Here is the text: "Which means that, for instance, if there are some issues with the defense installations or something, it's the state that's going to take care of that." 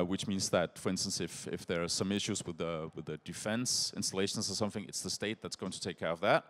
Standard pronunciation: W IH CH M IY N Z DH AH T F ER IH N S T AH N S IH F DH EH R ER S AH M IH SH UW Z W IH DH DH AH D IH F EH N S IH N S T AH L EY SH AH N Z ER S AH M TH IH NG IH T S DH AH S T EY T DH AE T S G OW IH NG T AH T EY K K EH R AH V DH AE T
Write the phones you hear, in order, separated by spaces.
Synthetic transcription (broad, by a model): W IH CH M IY N Z DH AH T F ER IH N S T AH N S IH F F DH ER S AH M IH SH UW Z W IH DH DH AH D IH F EH N S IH N S T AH L EY SH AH N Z ER S AH M TH IH NG IH T S DH AH S T EY T DH AE T S G OW IH NG T AH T EY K K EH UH AH V DH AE T